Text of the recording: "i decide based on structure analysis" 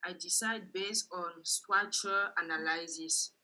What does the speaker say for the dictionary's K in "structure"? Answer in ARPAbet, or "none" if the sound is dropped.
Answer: none